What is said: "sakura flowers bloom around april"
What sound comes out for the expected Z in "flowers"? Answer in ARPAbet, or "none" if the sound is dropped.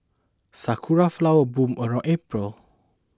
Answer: none